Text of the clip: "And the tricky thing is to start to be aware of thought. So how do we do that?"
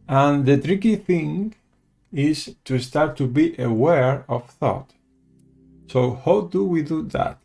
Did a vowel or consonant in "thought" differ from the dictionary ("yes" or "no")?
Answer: no